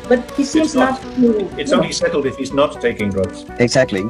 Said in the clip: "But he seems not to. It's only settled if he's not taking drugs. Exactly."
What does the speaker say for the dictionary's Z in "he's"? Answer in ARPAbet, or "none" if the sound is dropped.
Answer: Z